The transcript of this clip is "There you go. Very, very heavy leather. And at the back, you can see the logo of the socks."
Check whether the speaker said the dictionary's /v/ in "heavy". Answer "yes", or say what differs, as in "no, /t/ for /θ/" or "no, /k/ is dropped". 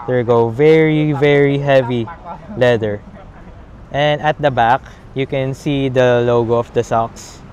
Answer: yes